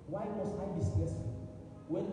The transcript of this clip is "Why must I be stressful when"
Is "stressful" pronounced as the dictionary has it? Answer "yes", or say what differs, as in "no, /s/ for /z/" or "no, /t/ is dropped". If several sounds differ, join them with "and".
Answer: no, /ɹ/ is dropped and /f/ is dropped